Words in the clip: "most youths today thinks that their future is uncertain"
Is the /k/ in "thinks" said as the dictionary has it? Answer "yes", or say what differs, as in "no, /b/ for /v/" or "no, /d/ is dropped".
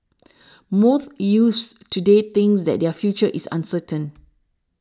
no, /k/ is dropped